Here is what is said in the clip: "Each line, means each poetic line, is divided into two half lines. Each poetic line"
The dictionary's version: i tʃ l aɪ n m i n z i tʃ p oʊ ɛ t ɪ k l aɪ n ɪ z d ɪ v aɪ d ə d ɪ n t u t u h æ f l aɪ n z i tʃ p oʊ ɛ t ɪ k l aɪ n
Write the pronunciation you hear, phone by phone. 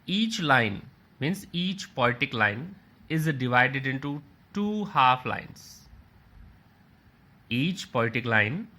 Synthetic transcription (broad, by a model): i tʃ l aɪ n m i n s i tʃ p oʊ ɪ t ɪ k l aɪ n ɪ z d ɪ v aɪ d ə d ɪ n t u t u h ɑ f l aɪ n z i tʃ p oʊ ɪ t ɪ k l aɪ n